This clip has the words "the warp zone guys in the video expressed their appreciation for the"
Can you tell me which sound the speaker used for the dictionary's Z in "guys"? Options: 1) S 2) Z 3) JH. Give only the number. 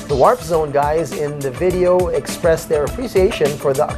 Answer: 2